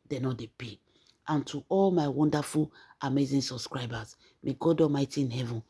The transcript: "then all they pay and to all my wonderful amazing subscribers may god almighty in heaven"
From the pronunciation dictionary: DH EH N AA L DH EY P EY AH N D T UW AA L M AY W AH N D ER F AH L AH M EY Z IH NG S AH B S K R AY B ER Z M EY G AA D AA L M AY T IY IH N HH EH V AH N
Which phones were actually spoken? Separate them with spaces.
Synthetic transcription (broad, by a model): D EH N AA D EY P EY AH N T UW AA L M AY W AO N D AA F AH L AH M EY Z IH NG S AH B S K R AY B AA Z M EY G AA D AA M AY T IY IH N HH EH V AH N